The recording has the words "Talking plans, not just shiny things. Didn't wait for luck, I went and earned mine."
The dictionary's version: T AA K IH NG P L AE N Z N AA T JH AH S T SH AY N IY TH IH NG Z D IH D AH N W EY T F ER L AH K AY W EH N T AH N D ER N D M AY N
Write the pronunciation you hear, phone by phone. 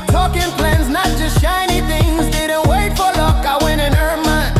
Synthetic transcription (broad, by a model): T AA K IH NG P L AE N Z N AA T JH AH S T SH AY N IY TH IH NG Z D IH D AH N W EY T F ER L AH K AY W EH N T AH N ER M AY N